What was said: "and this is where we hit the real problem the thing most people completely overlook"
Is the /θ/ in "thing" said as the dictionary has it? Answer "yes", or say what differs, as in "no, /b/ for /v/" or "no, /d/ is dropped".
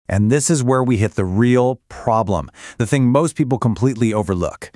yes